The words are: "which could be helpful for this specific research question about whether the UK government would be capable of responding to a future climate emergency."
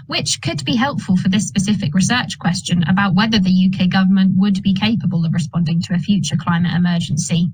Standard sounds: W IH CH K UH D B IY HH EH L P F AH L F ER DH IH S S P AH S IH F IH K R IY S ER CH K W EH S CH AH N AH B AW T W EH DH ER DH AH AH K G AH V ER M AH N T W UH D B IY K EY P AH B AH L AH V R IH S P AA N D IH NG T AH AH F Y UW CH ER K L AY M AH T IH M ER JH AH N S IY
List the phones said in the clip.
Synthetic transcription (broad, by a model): W IH CH K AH D B IY HH EH L P F AH L F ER DH IH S S P AH S IH F IH K R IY S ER CH K W EH S CH AH N AH B AW T W EH DH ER DH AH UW K G AH V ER M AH N T W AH D B IY K EY P AH B AH L AH V R IH S P AA N D IH NG T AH AH F Y UW CH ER K L AY M AH T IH M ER JH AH N S IY